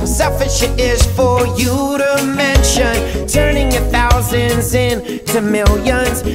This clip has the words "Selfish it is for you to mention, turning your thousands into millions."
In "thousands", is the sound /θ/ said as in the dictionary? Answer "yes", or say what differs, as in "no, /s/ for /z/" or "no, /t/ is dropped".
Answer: yes